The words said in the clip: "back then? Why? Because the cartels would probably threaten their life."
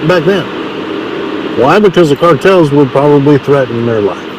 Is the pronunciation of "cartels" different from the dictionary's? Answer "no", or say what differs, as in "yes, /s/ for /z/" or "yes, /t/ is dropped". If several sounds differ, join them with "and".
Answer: no